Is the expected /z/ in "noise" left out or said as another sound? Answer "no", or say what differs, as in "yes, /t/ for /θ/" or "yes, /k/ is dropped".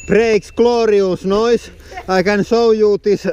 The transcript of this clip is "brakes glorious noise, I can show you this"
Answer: yes, /s/ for /z/